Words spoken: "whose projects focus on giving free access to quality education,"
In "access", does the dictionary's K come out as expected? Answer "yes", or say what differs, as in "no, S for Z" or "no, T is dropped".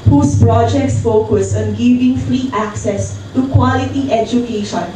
yes